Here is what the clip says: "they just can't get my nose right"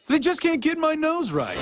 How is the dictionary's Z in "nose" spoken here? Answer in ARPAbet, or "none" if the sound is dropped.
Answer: Z